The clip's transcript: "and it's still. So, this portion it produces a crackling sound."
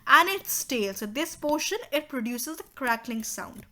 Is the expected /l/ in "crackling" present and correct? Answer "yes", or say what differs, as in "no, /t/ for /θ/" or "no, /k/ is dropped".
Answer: yes